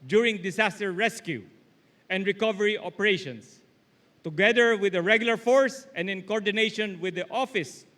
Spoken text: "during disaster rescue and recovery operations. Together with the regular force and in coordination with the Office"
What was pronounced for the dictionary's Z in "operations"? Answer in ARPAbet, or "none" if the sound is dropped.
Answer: S